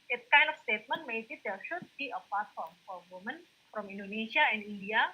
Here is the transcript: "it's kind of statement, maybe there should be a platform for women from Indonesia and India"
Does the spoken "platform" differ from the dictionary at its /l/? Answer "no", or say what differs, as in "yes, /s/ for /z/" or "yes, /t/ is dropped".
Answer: yes, /l/ is dropped